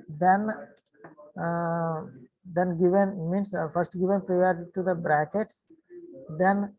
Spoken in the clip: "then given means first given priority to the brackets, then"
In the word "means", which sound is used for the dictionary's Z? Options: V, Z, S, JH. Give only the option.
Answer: S